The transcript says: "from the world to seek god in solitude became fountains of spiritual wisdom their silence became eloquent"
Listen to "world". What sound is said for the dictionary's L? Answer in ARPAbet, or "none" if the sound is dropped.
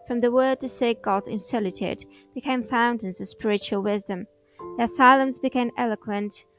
none